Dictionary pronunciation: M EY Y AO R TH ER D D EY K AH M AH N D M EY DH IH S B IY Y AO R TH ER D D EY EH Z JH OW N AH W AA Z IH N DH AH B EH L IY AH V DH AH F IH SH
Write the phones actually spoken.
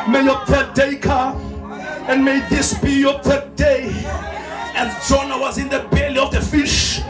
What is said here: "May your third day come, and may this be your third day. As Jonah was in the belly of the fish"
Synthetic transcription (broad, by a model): M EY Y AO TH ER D D EY K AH AH N D M EY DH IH S B IY Y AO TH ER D D EY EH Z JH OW N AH W AA Z IH N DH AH B EH L IY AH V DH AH F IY SH